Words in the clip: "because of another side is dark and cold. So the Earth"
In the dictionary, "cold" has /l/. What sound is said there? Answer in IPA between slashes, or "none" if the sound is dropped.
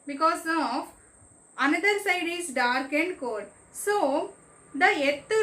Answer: none